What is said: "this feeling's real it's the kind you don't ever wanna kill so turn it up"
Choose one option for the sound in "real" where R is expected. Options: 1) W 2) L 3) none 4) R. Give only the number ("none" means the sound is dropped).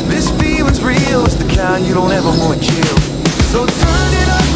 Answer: 4